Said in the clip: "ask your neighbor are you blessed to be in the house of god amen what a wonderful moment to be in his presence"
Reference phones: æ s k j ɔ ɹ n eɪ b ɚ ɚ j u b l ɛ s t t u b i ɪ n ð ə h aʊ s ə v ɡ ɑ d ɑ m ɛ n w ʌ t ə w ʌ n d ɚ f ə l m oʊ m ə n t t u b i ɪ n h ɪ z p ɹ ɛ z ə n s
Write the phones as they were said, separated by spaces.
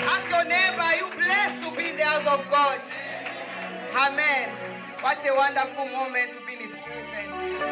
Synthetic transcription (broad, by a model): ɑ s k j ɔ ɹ n eɪ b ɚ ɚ j u b l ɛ s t t u b i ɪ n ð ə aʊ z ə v ɡ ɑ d ɑ m ɛ n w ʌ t ə w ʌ n d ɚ f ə l m oʊ m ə n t t u b i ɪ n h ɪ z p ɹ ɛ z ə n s